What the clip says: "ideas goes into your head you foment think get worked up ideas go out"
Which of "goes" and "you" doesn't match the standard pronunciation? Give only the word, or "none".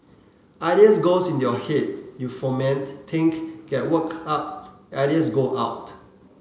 goes